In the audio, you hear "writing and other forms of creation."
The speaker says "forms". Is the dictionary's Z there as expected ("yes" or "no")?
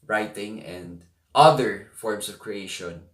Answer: no